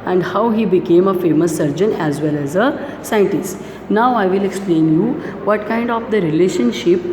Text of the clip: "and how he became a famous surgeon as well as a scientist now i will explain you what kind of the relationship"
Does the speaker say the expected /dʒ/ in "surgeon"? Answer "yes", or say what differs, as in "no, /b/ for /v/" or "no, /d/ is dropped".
yes